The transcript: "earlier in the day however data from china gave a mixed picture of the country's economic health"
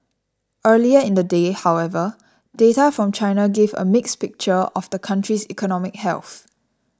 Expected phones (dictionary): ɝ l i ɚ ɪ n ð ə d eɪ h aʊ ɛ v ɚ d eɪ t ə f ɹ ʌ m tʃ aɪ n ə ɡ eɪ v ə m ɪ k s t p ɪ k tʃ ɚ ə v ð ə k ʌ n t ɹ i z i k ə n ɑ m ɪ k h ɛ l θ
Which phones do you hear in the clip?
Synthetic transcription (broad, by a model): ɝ l i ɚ ɪ n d ə d eɪ h aʊ ɛ v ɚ d eɪ t ə f ɹ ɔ m tʃ aɪ n ə ɡ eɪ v ə m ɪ k s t p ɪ k tʃ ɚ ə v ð ə k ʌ n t ɹ i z i k ə n ɑ m ɪ k h ɛ l θ